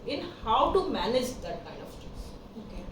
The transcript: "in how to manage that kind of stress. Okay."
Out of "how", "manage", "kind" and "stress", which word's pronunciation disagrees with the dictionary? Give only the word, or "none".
stress